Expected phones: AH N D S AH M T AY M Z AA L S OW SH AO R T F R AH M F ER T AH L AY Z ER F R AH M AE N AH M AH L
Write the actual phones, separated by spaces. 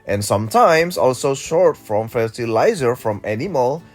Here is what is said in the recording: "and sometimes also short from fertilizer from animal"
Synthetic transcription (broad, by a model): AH N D S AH M T AY M S AA L S OW SH AO R T F R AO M F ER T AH L AY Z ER F R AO M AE N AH M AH L